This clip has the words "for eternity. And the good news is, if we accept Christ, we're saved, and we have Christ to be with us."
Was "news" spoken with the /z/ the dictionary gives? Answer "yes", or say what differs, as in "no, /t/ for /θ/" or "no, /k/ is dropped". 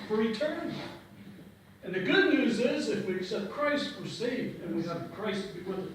yes